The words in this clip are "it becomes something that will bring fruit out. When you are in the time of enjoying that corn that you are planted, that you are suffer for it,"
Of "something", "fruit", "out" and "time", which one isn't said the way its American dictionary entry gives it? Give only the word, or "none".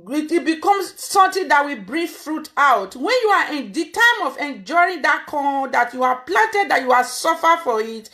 something